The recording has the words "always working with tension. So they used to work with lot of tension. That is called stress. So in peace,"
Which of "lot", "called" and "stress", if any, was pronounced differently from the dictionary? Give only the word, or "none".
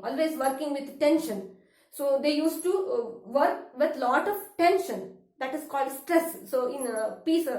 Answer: none